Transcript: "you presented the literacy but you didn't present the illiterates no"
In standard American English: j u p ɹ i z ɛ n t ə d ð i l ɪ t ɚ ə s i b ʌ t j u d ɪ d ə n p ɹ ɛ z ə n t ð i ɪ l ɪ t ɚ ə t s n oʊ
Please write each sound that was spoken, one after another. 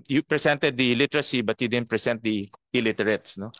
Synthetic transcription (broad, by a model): j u p ɹ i s ɛ n t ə d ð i l ɪ t ɚ ə s i b ʌ t j u d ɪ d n p ɹ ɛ s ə n t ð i ɪ l ɪ t ɚ ə t s n oʊ